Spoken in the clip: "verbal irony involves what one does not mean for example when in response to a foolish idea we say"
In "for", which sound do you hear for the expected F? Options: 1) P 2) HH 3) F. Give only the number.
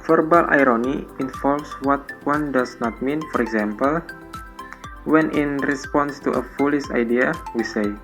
3